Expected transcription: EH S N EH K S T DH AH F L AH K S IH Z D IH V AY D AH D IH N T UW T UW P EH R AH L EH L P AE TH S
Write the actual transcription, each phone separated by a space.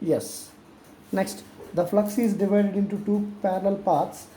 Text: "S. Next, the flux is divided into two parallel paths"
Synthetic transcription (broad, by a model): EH S N EH K S T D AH F L AH K S IH Z D IH V AY D AH D IH N T UW T UW P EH R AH L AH L P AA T S